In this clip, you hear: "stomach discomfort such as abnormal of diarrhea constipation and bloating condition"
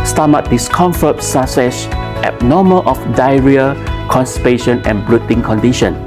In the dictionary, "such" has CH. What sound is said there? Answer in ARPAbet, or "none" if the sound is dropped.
S